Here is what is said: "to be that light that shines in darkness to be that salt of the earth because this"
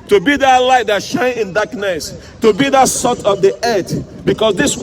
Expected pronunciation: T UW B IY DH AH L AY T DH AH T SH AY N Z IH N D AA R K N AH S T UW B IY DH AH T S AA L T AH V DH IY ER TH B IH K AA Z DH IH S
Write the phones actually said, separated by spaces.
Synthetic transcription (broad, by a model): T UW B IY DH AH L AY T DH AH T SH AY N IH N D AA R K N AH S T UW B IY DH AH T S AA T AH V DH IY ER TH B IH K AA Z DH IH S